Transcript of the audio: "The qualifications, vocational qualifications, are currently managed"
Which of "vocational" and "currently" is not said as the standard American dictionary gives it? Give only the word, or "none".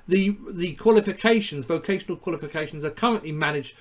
none